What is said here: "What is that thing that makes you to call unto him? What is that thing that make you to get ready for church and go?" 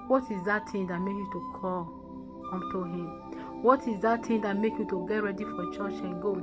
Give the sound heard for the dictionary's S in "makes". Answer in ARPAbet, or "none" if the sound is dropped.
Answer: none